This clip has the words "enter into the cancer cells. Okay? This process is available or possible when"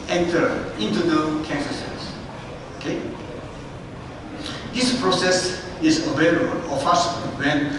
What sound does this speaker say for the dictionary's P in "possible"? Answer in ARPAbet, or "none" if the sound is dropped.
F